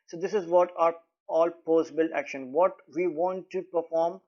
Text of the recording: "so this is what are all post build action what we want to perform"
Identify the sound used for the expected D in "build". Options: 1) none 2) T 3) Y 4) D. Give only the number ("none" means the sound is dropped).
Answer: 1